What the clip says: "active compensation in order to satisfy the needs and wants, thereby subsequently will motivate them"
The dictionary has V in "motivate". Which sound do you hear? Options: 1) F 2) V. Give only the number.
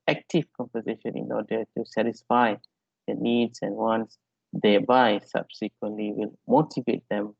2